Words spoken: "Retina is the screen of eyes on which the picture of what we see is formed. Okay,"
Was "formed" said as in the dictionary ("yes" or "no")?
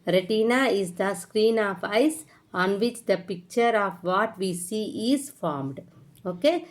yes